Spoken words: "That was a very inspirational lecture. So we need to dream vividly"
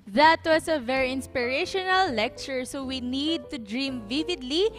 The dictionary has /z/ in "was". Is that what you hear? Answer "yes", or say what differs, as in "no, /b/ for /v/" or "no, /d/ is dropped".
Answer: no, /s/ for /z/